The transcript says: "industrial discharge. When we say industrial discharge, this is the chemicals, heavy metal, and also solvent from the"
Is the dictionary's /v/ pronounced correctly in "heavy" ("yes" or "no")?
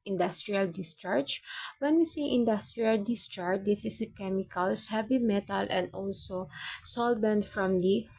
no